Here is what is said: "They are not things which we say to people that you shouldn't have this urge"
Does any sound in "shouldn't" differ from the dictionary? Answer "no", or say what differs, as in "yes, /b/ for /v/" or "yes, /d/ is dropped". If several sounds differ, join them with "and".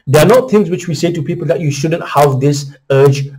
no